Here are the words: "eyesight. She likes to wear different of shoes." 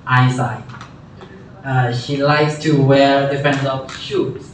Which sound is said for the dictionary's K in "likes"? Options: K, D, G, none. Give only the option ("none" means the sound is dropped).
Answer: K